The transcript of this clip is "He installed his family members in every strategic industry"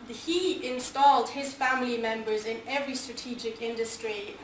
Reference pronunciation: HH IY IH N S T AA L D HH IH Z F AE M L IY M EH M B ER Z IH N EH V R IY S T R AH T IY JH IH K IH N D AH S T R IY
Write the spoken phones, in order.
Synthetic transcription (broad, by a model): HH IY IH N S T AA L D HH IH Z F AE M L IY M EH M B ER Z IH N EH V R IY S T R AH T IY JH IH K IH N D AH S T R IY